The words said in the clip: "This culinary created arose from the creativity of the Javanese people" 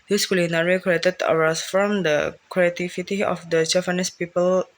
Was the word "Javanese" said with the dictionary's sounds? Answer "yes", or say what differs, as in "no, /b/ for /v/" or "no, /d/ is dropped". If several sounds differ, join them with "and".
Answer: no, /s/ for /z/